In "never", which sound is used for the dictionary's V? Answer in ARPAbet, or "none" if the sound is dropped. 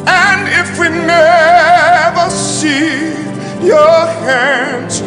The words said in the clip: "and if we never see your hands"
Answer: V